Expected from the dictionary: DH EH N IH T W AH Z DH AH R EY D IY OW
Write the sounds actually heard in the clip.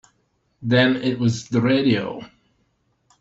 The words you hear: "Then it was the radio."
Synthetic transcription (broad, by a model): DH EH N IH T W AH Z DH AH R EY D IY OW